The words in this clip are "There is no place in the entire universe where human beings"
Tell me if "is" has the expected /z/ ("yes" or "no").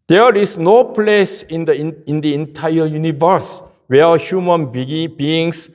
no